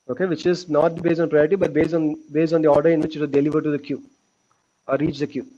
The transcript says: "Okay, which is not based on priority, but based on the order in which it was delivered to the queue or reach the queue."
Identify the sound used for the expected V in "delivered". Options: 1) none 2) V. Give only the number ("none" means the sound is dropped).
2